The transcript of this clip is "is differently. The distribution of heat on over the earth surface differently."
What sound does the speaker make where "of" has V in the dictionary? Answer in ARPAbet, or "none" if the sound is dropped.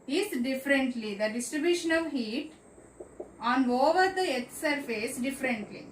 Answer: V